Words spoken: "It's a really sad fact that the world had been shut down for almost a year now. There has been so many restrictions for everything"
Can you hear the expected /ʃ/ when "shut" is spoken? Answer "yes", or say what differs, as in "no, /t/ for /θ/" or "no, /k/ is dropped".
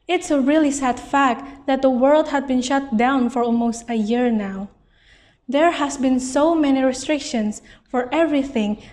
yes